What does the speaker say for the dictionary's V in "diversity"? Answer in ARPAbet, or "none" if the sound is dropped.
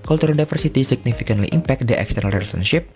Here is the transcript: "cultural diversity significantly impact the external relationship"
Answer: F